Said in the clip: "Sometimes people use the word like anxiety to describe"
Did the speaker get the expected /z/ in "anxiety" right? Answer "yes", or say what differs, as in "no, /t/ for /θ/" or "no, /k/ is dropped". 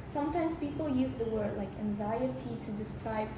yes